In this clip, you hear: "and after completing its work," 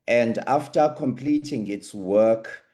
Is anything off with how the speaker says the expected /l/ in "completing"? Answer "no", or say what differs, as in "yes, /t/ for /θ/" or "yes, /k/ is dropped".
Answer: no